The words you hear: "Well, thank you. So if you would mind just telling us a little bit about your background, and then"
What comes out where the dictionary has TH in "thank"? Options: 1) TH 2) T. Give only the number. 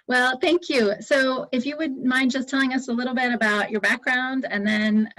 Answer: 1